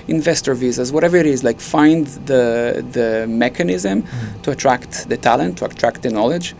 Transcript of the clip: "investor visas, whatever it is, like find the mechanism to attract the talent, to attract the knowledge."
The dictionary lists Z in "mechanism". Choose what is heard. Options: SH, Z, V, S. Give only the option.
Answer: Z